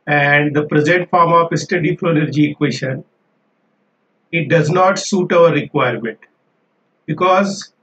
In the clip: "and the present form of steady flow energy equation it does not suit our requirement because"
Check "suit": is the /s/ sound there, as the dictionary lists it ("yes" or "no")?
yes